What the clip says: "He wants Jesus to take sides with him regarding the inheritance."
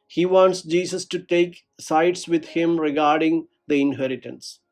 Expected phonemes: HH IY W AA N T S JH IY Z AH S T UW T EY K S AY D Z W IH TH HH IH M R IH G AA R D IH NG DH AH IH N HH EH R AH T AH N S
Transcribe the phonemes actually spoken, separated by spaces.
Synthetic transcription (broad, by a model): HH IY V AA N T S JH IY S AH S T UW T EY K S AY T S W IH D HH IH M R IH G AA R D IH NG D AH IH N HH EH R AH T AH N S